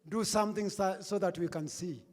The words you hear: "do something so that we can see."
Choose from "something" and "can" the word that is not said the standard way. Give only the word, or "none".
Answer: something